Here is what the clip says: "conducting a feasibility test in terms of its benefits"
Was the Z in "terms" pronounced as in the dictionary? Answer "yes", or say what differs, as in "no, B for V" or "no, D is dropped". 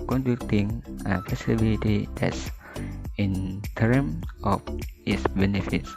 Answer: no, Z is dropped